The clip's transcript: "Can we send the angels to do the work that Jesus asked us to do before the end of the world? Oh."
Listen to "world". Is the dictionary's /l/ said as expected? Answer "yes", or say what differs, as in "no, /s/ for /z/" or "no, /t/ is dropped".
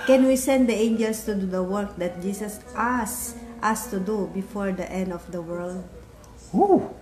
yes